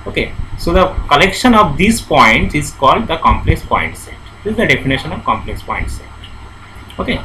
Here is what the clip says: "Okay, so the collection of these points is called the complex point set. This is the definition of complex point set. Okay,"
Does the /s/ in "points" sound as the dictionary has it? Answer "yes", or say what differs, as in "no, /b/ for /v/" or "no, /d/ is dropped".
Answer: no, /s/ is dropped